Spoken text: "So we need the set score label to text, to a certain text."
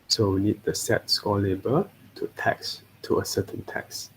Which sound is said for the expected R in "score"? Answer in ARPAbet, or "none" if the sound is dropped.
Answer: L